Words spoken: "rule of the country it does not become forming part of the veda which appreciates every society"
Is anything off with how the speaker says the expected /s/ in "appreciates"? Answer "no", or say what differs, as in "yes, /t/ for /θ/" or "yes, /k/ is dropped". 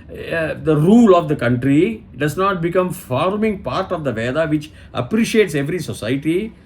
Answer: no